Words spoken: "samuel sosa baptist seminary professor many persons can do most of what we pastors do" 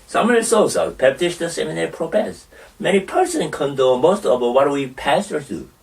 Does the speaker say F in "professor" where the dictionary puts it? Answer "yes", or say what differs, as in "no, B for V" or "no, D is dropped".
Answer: no, P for F